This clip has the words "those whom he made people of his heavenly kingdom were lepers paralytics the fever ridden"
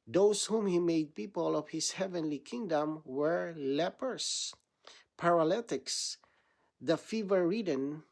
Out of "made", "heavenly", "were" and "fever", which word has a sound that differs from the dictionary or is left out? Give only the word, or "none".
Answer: none